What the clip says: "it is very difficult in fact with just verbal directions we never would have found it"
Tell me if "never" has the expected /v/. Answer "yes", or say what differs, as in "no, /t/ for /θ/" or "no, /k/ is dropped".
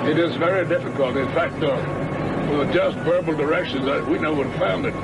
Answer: no, /v/ is dropped